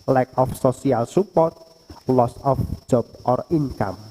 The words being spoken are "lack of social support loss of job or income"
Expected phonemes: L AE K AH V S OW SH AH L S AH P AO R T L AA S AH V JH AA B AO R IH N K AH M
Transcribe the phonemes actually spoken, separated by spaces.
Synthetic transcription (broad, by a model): L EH K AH F S OW S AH L S AH P AO R T L AA S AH F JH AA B AO R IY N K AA M